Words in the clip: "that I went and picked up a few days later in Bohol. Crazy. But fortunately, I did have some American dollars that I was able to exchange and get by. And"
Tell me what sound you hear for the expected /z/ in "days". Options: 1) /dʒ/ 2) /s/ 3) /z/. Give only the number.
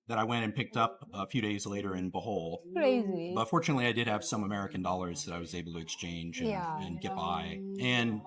3